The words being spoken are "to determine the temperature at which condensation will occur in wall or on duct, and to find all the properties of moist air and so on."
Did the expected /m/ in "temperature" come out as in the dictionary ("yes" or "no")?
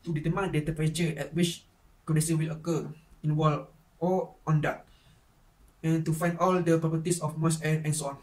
no